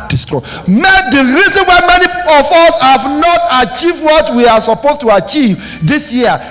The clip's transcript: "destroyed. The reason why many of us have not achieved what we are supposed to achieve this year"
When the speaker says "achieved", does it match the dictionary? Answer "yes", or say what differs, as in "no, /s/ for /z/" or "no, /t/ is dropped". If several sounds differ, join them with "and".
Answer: yes